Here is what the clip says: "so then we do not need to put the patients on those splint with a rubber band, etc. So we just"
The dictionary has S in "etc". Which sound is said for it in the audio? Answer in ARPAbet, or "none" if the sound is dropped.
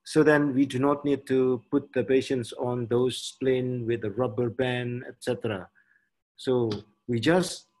S